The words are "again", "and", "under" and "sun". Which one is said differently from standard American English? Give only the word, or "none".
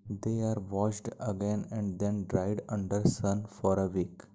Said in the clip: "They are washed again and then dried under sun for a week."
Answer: none